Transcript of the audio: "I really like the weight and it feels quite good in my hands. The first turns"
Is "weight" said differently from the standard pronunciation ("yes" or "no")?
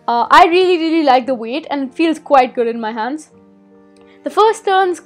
no